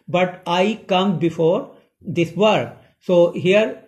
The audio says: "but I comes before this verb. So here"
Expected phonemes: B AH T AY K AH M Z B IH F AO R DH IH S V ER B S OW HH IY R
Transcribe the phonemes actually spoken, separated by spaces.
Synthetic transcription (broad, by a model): B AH T AY K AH M B IH F AO R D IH S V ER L S OW HH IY R